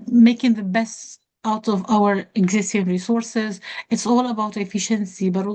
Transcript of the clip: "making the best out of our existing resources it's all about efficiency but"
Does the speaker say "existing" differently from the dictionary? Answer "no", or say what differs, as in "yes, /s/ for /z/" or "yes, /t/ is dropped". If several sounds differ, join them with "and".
no